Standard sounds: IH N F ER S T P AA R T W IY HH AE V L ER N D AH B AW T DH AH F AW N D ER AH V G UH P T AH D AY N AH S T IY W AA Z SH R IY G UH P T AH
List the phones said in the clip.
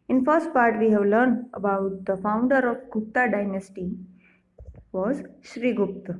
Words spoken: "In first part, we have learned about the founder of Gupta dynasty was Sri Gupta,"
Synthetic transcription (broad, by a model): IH N F ER S T P AA R T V IY HH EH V L ER N D AH B AW T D AH F AW N D ER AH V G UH P T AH D AY N AH S T IY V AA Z SH R IY G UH P T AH